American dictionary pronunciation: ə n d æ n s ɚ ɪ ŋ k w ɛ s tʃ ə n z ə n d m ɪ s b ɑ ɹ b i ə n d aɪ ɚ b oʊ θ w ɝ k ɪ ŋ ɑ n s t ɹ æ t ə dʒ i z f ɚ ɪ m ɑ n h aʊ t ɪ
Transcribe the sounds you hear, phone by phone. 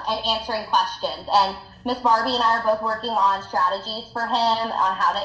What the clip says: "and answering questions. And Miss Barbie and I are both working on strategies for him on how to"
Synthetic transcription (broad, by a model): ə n æ n s ɚ ɪ ŋ k w ɛ s tʃ ə n z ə n m ɪ s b ɑ ɹ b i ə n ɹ ɚ b oʊ θ w ɝ k ɪ ŋ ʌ n s t ɹ æ t ə dʒ i z f ɚ ɪ m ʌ n h aʊ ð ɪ